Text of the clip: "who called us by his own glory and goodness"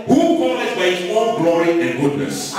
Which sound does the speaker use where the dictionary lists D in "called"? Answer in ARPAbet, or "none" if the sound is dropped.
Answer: none